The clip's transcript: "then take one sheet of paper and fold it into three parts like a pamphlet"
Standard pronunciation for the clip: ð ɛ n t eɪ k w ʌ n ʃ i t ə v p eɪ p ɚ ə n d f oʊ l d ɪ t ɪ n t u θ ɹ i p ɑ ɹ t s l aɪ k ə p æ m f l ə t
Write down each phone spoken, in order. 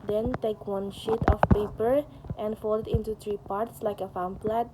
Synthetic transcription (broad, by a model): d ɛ n t eɪ k w ʌ n ʃ i t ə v p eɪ p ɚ ə n d f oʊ l ɪ t ɪ n t u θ ɹ i p ɑ ɹ t s l aɪ k ə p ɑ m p l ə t